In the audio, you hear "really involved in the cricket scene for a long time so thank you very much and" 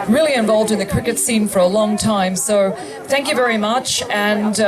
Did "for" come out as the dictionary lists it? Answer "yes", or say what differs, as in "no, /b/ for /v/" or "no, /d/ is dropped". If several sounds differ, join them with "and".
yes